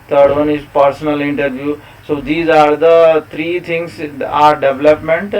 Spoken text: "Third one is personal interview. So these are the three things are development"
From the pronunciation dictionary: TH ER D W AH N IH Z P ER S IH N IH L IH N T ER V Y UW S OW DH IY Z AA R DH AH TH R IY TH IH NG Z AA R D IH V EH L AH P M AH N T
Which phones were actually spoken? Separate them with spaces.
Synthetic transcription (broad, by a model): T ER D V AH N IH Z P ER S IH N IH L IH N T ER V Y UW S OW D IY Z AA R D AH T R IY T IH NG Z AA R D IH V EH L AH P M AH N T